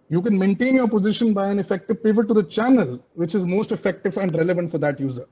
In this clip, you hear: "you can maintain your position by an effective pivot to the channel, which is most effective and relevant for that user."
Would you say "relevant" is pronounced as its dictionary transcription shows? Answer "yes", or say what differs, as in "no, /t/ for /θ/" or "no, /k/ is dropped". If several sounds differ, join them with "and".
yes